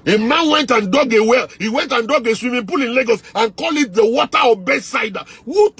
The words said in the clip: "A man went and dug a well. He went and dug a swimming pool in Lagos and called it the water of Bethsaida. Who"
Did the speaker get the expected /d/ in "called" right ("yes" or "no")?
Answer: no